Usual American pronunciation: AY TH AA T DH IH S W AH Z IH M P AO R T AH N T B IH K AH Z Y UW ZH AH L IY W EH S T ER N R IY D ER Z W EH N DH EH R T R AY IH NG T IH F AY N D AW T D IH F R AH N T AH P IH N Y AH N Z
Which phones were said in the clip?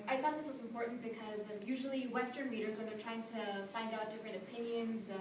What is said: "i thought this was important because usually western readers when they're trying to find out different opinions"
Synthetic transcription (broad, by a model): AY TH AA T DH IH S W AH Z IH M P AO R T N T B IH K AH Z Y UW ZH L IY W EH S T ER N R IY D ER Z W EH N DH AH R T R AY IH NG T IH F AY N D AW T D IH F R AH N T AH P IH N Y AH N Z